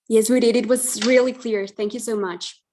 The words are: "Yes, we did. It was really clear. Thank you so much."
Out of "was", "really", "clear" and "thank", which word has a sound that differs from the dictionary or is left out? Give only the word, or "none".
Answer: none